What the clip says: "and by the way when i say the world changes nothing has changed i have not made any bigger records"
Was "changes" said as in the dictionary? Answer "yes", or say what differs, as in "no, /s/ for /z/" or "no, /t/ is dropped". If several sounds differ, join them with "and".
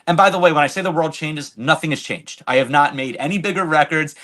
yes